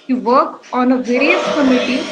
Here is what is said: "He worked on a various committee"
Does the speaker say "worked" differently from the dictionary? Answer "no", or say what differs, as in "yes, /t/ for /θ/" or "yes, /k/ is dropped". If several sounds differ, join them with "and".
yes, /t/ is dropped